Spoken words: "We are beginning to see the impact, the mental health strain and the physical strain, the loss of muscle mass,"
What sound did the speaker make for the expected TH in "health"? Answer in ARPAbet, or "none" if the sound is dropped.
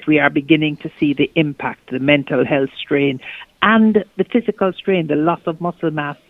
TH